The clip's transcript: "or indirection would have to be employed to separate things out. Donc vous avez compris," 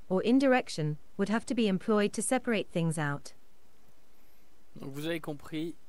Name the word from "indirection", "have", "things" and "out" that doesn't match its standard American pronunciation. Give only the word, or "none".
have